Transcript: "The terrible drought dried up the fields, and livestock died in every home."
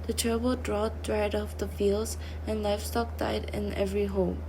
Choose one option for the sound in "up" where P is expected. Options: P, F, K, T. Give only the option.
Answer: F